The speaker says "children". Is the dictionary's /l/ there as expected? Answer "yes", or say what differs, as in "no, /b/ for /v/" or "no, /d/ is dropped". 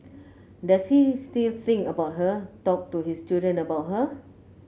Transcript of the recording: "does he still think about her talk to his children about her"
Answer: no, /l/ is dropped